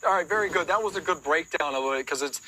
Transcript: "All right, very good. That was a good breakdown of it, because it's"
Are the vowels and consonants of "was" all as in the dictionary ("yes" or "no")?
yes